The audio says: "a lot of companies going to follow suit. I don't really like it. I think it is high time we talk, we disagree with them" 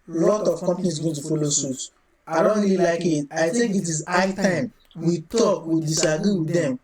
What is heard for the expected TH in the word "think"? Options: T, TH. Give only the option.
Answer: T